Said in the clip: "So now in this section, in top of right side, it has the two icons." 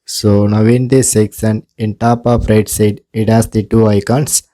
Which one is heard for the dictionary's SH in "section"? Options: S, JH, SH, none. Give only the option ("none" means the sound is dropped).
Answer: S